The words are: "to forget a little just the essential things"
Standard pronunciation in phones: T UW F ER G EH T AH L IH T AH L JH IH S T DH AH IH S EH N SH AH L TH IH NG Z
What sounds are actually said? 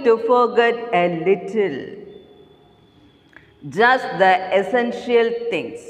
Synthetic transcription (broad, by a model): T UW F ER G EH T AH L IH T AH L JH IH S T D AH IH S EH N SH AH L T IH NG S